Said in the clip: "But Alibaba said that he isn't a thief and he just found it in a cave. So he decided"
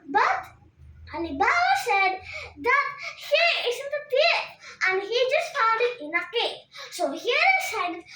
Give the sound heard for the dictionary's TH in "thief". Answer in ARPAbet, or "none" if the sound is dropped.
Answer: T